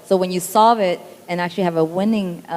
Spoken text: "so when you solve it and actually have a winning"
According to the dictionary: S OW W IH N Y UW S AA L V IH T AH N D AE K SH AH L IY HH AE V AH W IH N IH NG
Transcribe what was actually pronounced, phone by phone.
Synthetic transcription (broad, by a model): S OW W IH N Y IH S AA V IH T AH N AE K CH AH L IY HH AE V AH W IH N IH NG